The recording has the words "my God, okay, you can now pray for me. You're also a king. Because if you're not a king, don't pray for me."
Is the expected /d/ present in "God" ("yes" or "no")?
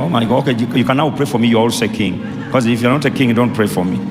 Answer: no